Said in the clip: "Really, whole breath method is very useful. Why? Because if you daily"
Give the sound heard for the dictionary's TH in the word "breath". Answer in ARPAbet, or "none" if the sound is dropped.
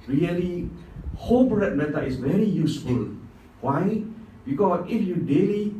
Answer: T